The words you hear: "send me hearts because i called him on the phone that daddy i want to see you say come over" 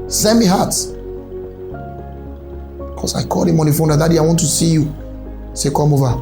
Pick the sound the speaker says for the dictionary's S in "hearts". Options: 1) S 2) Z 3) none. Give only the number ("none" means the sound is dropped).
3